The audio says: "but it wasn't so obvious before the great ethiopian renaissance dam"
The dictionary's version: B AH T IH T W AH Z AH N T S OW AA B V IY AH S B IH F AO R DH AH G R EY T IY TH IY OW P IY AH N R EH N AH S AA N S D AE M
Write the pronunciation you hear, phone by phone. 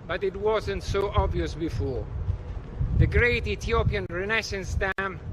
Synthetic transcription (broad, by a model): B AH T IH T W AH Z AH N T S OW AA B V IY AH S B IH F AO R DH AH G R EY T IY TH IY OW P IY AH N R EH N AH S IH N S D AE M